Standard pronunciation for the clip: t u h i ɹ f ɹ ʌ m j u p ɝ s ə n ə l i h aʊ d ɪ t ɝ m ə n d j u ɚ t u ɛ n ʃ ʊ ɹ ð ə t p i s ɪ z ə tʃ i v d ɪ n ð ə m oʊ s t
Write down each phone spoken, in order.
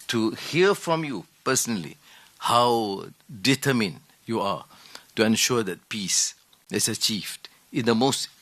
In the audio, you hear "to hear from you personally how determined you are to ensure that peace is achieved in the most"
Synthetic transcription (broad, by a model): t u h i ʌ f ɹ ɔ m j u p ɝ s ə n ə l i h aʊ d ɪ t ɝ m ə n j u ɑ t u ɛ n ʃ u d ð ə t p i s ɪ s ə tʃ i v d ɪ n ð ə m oʊ s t